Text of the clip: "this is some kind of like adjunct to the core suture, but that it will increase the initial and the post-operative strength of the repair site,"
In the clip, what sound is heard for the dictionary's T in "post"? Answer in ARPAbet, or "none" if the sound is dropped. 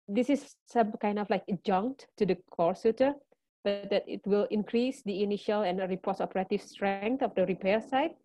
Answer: none